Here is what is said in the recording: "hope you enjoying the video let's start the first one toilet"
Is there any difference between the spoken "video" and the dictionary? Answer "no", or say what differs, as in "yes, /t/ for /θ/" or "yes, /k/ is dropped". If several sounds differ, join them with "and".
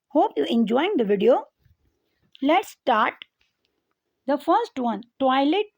no